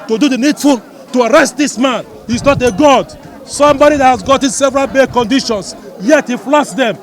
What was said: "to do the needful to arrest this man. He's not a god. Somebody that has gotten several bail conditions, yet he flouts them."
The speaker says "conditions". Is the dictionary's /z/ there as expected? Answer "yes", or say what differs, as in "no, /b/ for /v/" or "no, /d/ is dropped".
no, /s/ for /z/